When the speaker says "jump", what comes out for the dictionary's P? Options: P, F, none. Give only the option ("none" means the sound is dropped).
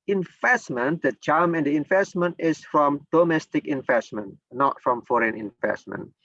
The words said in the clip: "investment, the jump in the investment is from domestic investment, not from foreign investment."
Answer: none